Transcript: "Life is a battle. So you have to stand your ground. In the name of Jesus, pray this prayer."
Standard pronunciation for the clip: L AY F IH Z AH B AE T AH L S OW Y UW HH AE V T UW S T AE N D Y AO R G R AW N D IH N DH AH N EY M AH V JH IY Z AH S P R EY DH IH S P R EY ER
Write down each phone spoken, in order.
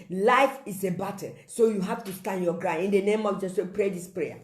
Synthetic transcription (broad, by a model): L AY F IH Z AH B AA T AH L S OW Y UW HH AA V T UW S T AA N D Y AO G R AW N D IH N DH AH N EY M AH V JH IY S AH P R EY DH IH S P R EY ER